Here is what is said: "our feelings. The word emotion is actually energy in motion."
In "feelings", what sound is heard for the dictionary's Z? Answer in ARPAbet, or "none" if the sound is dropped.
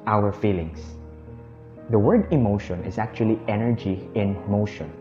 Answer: S